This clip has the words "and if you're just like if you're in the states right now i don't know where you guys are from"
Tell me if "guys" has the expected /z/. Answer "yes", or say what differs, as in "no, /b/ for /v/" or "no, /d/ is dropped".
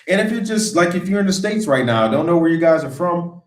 yes